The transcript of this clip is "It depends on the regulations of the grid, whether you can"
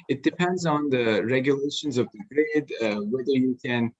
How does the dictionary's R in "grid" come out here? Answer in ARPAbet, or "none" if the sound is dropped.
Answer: R